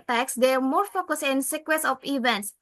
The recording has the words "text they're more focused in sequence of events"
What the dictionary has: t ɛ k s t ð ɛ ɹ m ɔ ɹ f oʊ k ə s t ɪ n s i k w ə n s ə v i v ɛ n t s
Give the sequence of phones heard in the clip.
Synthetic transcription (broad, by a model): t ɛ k s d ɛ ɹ m ɔ ɹ f oʊ k ə s t ɪ n s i k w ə s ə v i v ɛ n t s